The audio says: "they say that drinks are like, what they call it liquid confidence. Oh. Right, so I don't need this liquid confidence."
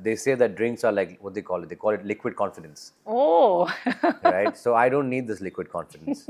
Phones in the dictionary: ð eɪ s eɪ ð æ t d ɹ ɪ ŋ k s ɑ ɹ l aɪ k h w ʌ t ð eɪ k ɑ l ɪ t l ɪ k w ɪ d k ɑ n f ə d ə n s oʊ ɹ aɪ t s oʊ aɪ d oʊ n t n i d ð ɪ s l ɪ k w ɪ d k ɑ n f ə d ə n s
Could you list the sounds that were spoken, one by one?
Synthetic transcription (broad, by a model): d eɪ s eɪ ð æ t d ɹ ɪ ŋ k s ɑ ɹ l aɪ k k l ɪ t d eɪ k ɑ l ɪ t l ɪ k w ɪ d k ɑ n f ə d ə n s oʊ ɹ aɪ t s oʊ aɪ d oʊ n t n i d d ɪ s l ɪ k w ɪ d k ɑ n f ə d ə n s